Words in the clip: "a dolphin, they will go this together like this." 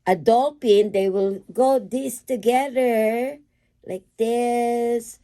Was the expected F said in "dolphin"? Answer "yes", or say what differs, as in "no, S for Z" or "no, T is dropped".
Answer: no, P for F